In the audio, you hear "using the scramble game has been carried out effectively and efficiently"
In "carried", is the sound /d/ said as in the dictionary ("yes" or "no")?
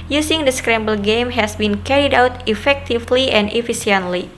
yes